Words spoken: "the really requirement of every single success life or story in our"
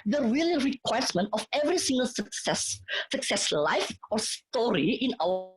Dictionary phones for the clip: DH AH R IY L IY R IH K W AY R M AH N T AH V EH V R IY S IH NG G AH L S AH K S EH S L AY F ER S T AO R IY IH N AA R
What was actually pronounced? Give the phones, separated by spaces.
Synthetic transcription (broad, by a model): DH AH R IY L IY R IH K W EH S M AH N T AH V EH V R IY S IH NG G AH L S AH K S EH S L AY F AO S T AO R IY IH N AA